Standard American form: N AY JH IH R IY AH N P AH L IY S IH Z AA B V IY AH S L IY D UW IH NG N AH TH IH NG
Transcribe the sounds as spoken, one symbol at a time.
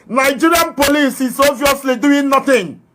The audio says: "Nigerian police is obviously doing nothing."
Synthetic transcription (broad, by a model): N AY JH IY R IY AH N P AH L IY S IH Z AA V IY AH S L IY D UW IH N N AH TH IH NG